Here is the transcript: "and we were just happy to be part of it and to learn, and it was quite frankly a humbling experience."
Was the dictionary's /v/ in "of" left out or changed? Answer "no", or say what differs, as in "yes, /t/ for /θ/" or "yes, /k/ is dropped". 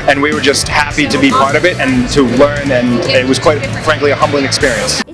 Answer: no